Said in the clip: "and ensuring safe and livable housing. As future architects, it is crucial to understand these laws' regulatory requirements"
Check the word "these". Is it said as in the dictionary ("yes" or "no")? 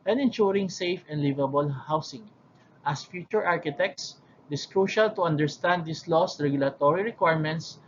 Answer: no